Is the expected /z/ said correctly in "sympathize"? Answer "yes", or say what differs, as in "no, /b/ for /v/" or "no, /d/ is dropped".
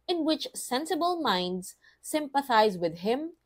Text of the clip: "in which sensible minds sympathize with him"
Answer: yes